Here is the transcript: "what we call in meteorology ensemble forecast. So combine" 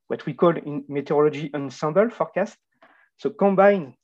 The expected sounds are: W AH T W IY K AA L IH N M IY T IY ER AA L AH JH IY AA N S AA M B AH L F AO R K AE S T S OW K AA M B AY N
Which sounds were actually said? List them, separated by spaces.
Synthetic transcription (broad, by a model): W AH T W IY K AA L IH N M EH T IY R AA L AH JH IY AA N S AA M B AH L F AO R K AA S T S OW K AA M B AY N